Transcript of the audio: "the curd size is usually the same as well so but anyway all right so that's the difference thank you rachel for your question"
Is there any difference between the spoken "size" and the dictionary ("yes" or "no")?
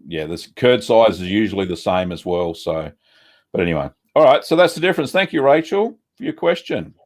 no